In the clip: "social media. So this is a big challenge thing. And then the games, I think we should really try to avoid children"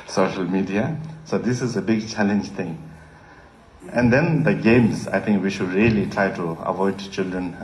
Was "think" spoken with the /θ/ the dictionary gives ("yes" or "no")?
no